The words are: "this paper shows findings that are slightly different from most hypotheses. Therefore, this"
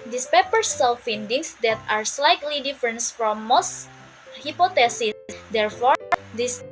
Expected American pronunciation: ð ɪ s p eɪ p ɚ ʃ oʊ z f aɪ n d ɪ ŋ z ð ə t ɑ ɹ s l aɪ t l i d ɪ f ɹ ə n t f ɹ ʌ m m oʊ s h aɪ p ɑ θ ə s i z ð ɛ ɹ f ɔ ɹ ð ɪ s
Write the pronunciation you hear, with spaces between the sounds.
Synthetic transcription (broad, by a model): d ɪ s p eɪ p ɚ s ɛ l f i n d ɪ ŋ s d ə t ɑ ɹ s l aɪ t l i d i f ɹ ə n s f ɹ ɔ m m oʊ s h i p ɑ t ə s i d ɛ ɹ f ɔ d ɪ s